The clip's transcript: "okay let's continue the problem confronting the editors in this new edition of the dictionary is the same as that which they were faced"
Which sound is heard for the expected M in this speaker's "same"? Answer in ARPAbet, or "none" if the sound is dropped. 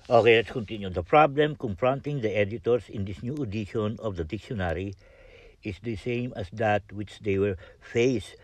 M